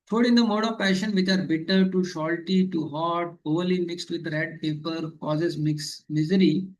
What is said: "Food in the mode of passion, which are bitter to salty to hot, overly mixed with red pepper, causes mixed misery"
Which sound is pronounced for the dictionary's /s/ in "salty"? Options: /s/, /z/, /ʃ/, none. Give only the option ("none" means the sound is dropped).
/ʃ/